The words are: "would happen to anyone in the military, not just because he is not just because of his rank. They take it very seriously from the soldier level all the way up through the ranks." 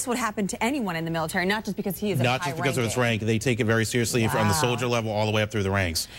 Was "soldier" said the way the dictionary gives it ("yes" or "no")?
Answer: yes